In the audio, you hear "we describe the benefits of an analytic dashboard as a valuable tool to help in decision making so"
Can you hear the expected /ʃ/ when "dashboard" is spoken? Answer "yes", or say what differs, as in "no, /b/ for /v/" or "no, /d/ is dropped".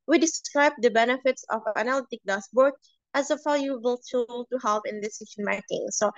no, /s/ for /ʃ/